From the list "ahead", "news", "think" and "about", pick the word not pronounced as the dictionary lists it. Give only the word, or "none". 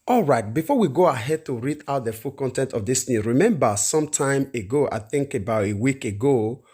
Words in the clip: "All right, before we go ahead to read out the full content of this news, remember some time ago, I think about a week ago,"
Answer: news